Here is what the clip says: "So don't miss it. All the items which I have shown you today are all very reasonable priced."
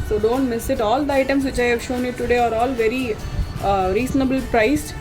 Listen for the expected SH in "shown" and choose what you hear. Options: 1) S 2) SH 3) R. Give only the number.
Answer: 2